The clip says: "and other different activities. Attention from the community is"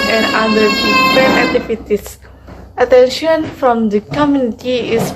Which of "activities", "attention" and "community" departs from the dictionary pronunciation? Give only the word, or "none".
activities